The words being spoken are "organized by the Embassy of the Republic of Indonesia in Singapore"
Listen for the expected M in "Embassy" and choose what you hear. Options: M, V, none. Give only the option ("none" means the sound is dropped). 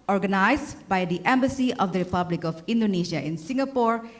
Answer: M